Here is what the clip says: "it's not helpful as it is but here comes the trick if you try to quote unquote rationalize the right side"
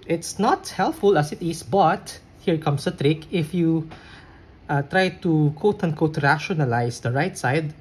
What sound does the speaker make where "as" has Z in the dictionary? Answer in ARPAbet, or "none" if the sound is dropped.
S